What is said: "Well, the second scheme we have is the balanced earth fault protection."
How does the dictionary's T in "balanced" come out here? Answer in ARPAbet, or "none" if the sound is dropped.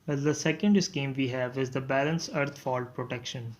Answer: none